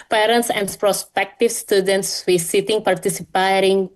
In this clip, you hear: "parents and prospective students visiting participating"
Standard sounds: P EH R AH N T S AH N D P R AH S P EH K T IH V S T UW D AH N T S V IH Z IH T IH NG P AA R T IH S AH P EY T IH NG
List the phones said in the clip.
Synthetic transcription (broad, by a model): P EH R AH N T S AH N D P R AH S P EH K T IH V S T UW D AH N T S W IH S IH T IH NG P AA R T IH S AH P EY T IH NG